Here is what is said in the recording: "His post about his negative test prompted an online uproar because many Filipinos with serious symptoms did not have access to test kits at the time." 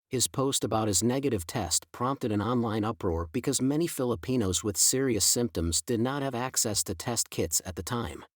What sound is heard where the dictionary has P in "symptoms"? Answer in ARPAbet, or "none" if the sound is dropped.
P